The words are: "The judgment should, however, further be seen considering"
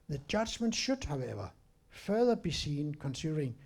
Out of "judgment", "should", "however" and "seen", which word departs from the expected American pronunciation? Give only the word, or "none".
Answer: none